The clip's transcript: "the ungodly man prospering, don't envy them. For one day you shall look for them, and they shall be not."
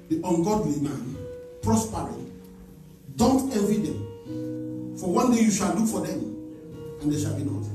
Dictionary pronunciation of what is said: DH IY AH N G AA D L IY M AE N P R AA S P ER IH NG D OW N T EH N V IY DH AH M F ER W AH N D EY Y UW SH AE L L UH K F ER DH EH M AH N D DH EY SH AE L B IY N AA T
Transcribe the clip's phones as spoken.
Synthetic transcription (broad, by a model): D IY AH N G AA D W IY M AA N P R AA S P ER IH D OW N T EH V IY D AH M F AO W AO N D EY Y UW SH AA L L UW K F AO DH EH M AH N D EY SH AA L B IY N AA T